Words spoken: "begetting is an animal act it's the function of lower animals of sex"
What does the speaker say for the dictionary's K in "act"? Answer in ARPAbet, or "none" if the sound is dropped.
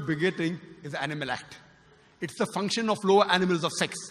K